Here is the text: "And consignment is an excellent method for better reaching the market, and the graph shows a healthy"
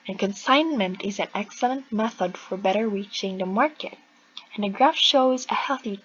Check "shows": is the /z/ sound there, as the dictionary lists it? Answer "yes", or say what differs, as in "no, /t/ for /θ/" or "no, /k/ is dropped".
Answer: yes